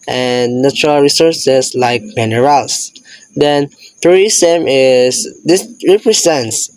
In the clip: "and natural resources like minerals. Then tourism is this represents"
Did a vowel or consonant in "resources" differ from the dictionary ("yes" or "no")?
yes